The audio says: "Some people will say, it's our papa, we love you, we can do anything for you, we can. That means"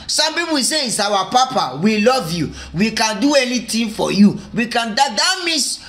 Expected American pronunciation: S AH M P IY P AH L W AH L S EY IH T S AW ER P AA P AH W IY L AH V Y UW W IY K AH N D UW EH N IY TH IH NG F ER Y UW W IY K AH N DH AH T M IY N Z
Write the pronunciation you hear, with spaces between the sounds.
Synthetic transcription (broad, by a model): S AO M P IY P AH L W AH S EY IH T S AW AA P AA P AH W IY L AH V Y UW W IY K AH N D UW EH N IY T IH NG F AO Y UW W IY K AH N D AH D M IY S